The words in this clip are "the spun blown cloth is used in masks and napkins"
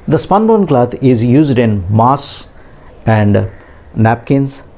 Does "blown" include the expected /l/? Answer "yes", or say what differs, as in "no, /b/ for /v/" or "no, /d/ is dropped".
no, /l/ is dropped